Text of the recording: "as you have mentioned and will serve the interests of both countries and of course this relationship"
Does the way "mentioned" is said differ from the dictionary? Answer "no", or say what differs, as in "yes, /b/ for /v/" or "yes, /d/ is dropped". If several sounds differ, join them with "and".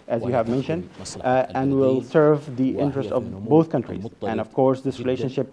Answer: no